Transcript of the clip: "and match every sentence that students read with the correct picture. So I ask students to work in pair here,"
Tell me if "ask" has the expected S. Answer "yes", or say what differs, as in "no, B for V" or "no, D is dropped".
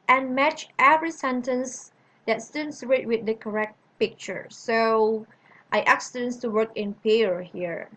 no, S is dropped